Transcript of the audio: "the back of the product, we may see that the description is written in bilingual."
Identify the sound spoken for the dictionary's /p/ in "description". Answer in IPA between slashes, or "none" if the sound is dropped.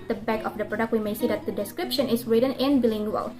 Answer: /p/